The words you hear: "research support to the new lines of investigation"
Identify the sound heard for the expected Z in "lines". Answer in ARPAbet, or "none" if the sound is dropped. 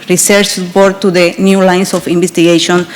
S